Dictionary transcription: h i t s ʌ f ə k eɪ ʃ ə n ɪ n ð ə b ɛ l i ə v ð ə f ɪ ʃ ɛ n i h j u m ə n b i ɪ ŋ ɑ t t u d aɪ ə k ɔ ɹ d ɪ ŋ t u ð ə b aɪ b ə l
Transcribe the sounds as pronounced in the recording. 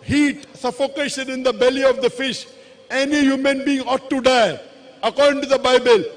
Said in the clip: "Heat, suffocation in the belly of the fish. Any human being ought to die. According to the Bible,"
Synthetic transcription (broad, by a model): h i t s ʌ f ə k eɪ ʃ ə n ɪ n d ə b ɛ l i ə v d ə f ɪ ʃ ɛ n i h j u m ə n b i ɪ ŋ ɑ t t u d aɪ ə k ɔ ɹ d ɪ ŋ t u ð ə b aɪ b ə l